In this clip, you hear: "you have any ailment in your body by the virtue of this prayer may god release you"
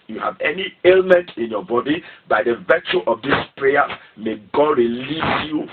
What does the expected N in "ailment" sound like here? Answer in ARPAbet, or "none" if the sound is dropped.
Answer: N